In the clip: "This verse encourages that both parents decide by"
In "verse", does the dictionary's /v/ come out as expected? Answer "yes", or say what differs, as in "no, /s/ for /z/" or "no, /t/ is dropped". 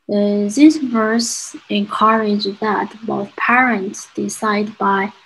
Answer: yes